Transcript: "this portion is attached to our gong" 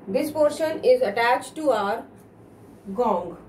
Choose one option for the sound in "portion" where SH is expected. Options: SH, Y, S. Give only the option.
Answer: SH